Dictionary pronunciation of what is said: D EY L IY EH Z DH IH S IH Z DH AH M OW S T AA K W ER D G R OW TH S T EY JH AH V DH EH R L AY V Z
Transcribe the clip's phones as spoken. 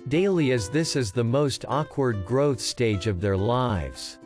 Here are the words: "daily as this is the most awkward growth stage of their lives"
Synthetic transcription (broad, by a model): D EY L IY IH Z DH IH S IH Z DH AH M OW S T AA K W ER D G R OW TH S T EY JH AH V DH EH R L AY V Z